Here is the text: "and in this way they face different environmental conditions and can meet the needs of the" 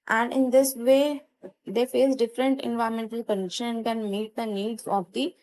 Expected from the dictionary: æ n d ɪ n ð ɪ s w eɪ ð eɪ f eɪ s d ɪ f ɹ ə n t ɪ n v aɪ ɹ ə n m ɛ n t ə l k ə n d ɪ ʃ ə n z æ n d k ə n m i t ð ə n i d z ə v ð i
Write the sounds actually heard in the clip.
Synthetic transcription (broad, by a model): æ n d ɪ n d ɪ s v eɪ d eɪ f eɪ s d ɪ f ɹ ə n t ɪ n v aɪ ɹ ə m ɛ n t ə l k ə n d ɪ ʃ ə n æ n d k ə n m i t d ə n i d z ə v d i